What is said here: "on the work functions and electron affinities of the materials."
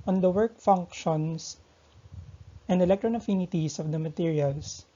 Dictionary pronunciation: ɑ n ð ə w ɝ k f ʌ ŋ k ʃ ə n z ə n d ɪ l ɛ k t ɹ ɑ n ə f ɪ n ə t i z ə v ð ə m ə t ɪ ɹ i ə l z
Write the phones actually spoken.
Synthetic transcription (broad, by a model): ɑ n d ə w ɝ k f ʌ ŋ k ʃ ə n s ə n d ɪ l ɛ k t ɹ ɑ n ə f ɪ n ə t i s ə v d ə m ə t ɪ ɹ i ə l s